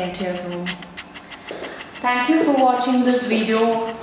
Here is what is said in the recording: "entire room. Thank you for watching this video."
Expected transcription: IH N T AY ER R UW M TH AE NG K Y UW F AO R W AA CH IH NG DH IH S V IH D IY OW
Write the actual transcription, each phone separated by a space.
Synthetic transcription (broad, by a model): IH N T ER R UW M T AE NG K Y UW F AO R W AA CH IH NG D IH S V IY D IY OW